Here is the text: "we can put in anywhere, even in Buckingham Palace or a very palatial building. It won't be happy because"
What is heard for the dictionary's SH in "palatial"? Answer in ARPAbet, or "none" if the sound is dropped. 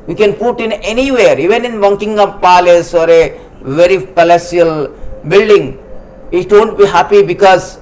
S